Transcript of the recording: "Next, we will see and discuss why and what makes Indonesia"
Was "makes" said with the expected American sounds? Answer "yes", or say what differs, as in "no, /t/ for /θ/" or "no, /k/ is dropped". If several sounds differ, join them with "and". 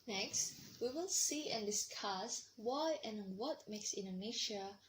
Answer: yes